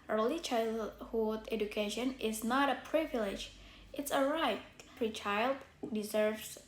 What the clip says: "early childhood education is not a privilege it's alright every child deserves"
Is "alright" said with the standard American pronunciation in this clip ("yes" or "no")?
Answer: no